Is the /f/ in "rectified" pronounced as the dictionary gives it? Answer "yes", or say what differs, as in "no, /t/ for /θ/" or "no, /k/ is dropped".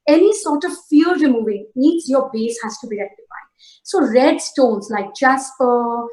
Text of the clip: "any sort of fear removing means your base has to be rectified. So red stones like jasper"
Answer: no, /p/ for /f/